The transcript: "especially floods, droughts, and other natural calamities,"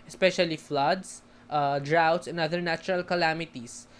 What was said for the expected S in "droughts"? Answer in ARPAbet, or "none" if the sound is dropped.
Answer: S